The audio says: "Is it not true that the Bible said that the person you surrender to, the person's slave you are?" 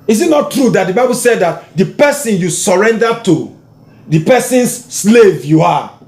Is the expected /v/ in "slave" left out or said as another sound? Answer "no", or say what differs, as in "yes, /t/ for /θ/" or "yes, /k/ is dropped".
no